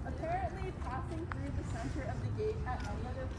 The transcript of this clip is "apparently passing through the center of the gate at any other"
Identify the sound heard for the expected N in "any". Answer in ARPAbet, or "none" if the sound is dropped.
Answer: none